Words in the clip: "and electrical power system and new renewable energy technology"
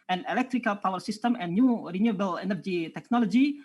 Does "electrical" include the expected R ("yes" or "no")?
yes